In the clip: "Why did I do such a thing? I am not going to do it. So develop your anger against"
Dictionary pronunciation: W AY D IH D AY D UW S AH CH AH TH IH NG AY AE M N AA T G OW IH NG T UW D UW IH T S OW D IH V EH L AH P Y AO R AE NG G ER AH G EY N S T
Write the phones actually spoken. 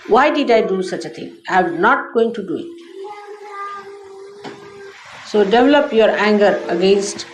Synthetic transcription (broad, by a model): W AY D IH D AY D UW S AH CH AH T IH NG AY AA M N AA T G OW IH NG T UW D UW IH T S OW D IH V EH L AH P Y AO R AE NG G ER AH G EY N S T